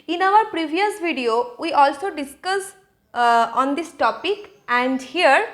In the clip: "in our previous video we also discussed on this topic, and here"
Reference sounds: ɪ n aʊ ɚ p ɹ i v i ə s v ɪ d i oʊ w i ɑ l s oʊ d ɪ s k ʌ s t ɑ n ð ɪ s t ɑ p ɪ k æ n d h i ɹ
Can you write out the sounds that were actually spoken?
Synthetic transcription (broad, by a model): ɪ n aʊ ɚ p ɹ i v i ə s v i d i oʊ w i ɑ l s oʊ d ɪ s k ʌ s ɑ n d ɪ s t ɑ p ɪ k æ n d h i ɹ